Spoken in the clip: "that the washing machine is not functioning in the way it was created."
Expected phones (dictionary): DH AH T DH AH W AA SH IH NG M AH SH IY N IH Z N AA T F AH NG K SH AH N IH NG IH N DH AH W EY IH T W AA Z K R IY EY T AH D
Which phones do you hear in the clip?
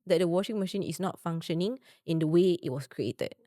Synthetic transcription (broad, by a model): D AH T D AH W AA SH IH NG M AH SH IY N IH S N AA T F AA NG K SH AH N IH NG IH N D AH W EY IH T W AA S K R IY EY T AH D